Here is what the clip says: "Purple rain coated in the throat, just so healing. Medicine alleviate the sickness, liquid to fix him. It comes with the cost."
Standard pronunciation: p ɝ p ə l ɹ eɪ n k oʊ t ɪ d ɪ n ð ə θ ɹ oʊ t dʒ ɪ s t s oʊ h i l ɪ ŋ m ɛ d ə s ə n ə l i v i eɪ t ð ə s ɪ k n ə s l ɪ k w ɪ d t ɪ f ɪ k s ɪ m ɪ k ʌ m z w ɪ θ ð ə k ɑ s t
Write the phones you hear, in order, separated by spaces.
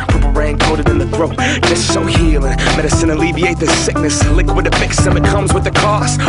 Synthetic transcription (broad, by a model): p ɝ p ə ɹ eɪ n k oʊ t ɪ d ɪ n ð ə θ ɹ oʊ t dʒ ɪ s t s oʊ h i l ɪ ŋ m ɛ d ə s ə n ə l i v i eɪ t ð ə s ɪ k n ə s l ɪ k w ɪ d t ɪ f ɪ k s ɪ m ɪ k ʌ m z w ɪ ð ə k ɑ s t